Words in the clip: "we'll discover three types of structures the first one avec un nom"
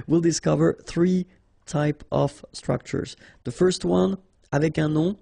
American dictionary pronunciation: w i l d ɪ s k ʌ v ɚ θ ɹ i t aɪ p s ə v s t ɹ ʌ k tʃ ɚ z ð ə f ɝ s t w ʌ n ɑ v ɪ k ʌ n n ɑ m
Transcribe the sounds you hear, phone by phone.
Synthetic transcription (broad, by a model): w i l d ɪ s k ʌ v ɚ θ ɹ i t aɪ p ə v s t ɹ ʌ k tʃ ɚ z ð ə f ɝ s t w ʌ n ɑ v ɪ k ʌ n n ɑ